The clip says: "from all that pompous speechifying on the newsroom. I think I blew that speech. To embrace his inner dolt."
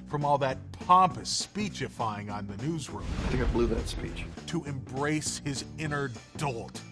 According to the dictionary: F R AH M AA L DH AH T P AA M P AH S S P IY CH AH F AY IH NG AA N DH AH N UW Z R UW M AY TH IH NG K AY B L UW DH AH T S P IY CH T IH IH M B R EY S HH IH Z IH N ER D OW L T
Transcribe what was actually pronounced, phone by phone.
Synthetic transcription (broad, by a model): F R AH M AA L DH AH T P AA M P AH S S P IY CH AH F AY IH NG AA N DH AH N UW Z R UW M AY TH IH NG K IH B L UW DH AH T S P IY CH T IH IH M B R EY S HH IH Z IH N ER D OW L T